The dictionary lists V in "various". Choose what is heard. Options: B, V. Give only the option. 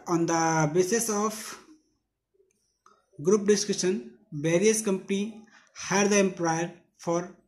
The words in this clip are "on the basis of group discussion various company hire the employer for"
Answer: B